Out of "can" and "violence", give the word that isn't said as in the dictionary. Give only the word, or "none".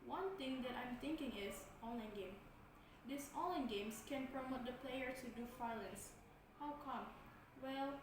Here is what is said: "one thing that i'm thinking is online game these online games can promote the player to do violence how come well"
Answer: violence